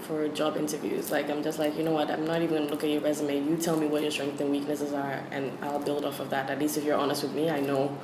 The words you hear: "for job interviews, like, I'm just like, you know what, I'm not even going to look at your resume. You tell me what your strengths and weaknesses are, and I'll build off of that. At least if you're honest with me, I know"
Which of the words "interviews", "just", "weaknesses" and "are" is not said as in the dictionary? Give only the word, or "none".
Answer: none